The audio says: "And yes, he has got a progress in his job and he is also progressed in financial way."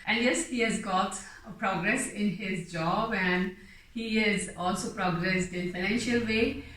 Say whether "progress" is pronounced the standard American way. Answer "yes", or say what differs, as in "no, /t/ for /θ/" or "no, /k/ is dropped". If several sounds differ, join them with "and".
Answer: yes